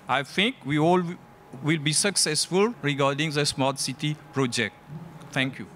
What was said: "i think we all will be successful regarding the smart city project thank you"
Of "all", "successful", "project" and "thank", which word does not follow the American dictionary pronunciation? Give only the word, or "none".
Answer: thank